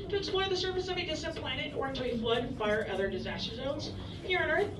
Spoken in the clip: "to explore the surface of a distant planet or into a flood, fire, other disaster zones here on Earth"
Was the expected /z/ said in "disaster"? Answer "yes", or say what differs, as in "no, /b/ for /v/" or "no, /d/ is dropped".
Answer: yes